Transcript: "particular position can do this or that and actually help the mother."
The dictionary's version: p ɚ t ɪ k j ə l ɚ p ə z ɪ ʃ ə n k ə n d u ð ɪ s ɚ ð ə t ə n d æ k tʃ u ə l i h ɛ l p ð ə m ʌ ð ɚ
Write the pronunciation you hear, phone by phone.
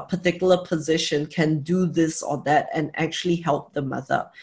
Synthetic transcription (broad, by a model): p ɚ t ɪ k j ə l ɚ p ə z ɪ ʃ ə n k ə n d u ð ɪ s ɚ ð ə t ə n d æ k tʃ u ə l i h ɛ l p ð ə m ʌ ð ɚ